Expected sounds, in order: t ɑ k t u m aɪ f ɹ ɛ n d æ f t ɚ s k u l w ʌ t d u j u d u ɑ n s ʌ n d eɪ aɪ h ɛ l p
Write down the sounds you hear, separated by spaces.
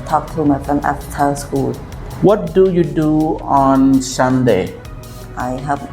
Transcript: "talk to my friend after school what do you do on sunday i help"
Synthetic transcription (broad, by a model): t ɑ k t u m aɪ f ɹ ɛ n æ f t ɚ s k u l w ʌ t d u j u d u ɑ n s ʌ n d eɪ aɪ h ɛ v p